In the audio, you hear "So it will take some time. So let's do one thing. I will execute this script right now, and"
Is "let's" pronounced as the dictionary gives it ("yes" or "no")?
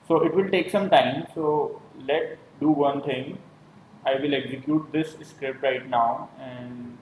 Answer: no